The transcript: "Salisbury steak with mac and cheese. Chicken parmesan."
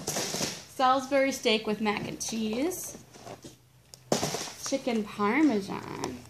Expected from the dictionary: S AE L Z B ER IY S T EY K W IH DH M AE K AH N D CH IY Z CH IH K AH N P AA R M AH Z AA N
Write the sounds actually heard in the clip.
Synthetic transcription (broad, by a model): S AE L Z B ER IY S T EY K W IH DH M AE K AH N CH IY Z CH IH K AH N P AA R M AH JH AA N